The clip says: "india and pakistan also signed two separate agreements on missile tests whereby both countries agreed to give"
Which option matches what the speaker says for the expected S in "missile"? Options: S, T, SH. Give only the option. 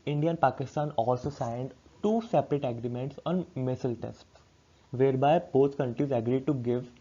S